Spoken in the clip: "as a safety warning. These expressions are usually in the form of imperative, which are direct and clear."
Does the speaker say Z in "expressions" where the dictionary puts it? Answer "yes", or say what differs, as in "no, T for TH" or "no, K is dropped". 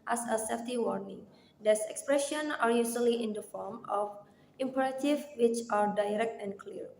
no, Z is dropped